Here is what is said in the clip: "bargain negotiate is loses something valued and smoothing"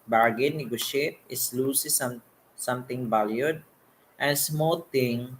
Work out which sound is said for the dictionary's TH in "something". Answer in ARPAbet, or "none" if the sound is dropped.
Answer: T